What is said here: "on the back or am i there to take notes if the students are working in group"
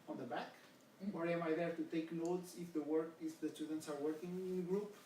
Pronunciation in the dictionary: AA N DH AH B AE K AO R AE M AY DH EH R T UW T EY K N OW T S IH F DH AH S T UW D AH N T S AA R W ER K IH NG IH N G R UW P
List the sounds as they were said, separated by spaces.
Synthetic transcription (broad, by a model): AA N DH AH B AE K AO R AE M AY DH EH R T UW T EY K N OW T S IH F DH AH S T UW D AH N T S AA R W ER K IH NG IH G R UW P